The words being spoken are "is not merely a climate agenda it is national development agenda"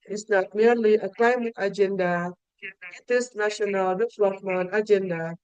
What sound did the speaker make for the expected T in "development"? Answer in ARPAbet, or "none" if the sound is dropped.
none